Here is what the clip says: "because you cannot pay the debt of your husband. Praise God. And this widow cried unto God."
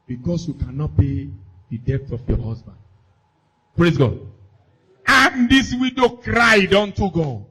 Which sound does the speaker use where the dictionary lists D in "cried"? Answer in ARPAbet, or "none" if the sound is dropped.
D